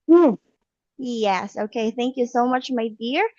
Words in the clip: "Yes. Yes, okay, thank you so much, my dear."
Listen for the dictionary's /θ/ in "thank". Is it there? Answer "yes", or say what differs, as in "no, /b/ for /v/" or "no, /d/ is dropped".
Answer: yes